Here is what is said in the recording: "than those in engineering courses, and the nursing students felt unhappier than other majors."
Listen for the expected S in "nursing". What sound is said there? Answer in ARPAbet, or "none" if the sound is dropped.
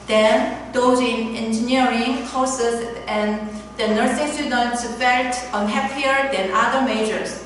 S